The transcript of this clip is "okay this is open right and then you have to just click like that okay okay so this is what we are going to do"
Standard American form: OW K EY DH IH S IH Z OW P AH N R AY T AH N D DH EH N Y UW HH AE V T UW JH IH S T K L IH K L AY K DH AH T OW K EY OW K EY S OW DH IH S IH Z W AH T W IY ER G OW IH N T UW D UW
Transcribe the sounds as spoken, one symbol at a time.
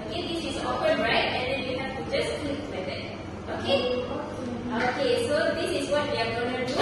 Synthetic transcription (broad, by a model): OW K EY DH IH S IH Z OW F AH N R AY T AH N D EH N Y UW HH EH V T UW JH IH S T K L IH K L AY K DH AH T OW K EY OW K EY S OW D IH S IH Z W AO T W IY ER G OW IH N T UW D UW